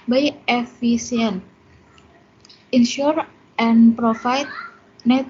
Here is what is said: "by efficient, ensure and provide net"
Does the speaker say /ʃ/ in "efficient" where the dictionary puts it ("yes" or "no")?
no